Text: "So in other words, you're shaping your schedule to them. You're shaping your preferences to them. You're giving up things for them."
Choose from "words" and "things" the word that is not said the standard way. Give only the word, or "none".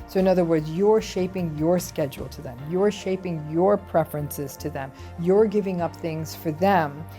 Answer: none